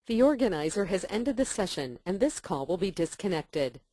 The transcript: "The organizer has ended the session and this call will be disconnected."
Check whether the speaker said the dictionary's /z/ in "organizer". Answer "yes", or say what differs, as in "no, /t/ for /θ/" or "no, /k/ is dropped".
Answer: yes